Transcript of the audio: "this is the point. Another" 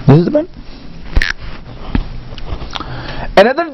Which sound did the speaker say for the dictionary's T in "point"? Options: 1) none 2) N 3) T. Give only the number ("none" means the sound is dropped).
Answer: 1